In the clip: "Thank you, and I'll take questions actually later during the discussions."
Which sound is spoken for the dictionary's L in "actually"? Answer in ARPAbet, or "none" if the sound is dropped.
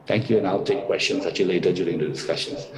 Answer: none